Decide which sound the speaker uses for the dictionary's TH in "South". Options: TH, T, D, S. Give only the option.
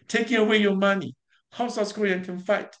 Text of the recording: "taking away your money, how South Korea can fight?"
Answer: S